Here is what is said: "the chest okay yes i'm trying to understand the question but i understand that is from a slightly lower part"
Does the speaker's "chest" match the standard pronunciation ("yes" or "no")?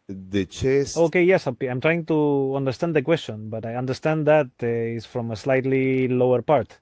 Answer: no